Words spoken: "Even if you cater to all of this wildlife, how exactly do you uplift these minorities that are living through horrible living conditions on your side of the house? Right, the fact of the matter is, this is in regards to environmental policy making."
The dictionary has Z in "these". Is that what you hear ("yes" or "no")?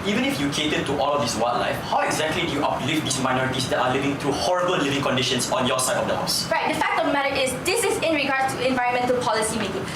no